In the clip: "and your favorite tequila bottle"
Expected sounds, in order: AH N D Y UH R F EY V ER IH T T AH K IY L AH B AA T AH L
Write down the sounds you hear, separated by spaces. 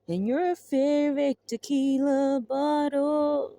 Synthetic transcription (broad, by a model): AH N Y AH R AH F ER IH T T AH K IY L AH B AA T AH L